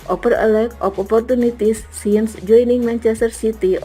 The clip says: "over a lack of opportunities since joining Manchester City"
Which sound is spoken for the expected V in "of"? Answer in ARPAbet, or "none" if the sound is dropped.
P